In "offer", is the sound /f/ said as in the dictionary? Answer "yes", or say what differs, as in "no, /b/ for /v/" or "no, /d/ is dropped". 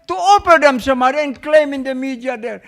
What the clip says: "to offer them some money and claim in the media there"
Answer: no, /p/ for /f/